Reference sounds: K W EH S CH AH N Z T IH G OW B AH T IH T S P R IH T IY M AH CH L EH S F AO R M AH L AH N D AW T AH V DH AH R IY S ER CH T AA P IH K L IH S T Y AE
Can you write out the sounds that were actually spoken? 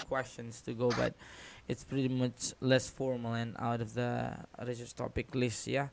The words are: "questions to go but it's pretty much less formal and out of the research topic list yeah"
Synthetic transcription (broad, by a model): K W EH S CH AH N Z T IH G OW B AH T IH T S P R IH T IY M AH CH L EH S F AO R M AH L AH N AW T AH V DH AH R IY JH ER S T AA P IH K L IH S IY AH